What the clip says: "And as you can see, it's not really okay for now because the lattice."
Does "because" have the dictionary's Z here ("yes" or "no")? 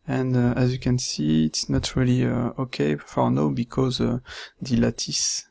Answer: yes